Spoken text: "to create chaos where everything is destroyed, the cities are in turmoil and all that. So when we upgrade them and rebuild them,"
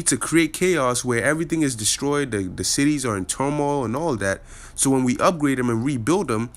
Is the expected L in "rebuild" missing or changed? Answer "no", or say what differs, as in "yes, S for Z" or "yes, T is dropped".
no